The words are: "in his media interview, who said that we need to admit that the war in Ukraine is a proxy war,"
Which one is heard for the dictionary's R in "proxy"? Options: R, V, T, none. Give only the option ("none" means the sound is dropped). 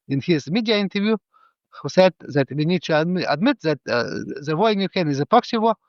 none